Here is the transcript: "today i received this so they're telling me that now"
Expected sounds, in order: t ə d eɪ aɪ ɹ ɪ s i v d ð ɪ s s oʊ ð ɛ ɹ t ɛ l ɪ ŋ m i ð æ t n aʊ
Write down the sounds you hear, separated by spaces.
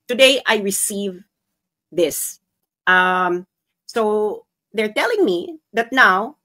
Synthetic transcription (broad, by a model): t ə d eɪ aɪ ɹ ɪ s i v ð ɪ s s oʊ ð ɛ ɹ t ɛ l ɪ ŋ m i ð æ t n aʊ